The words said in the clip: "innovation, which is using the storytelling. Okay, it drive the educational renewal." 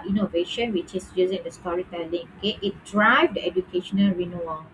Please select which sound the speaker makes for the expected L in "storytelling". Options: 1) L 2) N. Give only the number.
1